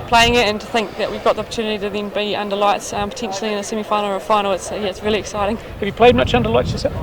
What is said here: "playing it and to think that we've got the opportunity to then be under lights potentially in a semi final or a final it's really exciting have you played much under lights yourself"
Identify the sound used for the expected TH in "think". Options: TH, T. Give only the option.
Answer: TH